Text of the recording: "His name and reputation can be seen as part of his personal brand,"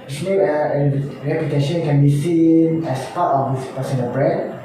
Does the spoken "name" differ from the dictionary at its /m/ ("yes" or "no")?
yes